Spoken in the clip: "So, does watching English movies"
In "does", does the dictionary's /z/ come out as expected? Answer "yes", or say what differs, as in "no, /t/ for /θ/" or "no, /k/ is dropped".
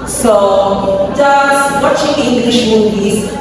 no, /s/ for /z/